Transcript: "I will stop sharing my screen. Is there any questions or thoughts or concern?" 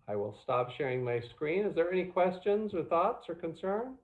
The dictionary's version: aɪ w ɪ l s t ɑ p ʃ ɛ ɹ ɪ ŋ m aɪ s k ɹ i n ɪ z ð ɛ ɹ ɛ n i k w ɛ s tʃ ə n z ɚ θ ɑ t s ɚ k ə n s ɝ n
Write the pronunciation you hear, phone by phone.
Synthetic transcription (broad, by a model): aɪ w ɪ l s t ɑ p ʃ ɛ ɹ ɪ ŋ m aɪ s k ɹ i n ɪ z ð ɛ ɹ ɛ n i k w ɛ s tʃ ə n z ɚ θ ɑ t s ɚ k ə n s ɝ n